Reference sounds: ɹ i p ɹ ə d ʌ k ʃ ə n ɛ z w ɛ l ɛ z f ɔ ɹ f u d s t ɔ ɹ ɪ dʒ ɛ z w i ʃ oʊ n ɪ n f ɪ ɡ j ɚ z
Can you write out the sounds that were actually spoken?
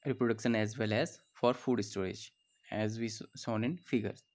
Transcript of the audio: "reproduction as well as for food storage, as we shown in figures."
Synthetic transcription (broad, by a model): ɹ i p ɹ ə d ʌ k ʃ ə n ɛ z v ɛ l ɛ z f ɔ ɹ f u d s t ɔ ɹ ɪ dʒ ɛ z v i s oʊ n ɪ n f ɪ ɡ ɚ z